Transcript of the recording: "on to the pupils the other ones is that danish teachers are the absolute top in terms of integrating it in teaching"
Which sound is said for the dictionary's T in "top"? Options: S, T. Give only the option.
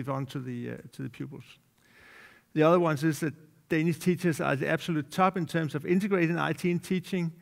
S